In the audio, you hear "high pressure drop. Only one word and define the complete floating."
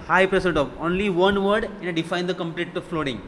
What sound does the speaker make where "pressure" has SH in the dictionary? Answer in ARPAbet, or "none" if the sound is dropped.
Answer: S